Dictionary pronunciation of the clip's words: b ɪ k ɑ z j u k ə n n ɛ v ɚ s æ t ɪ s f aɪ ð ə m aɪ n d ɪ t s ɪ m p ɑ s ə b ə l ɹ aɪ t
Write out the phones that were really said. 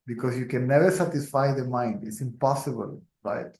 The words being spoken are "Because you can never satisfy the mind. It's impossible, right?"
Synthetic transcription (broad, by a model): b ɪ k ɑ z j u k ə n n ɛ v ɚ s æ t ɪ s f aɪ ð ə m aɪ n d ɪ t s ɪ m p ɑ s ə b ə l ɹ aɪ t